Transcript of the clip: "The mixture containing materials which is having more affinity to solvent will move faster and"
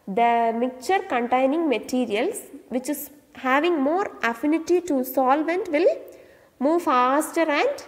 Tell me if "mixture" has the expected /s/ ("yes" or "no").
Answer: no